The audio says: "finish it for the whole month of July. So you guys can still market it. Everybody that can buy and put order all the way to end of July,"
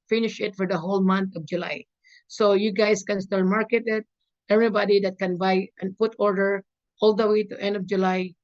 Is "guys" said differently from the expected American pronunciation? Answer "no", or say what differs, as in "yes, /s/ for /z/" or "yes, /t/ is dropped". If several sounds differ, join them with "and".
yes, /s/ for /z/